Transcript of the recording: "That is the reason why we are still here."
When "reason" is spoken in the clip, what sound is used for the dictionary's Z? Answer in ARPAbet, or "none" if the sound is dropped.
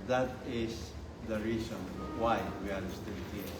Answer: S